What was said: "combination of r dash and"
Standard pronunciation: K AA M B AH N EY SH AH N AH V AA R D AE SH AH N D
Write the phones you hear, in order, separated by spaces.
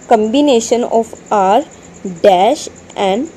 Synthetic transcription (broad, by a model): K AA M B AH N EY SH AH N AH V AA R D AE SH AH N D